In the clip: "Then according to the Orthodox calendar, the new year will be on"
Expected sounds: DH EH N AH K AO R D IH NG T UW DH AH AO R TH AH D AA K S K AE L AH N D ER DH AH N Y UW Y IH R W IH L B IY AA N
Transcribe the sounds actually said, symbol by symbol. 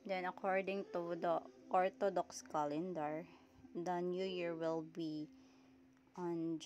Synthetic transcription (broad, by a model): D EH N AH K AO R D IH NG T UW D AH AO R T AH D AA K S K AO L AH N D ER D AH N Y UW Y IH R W IH L B IY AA N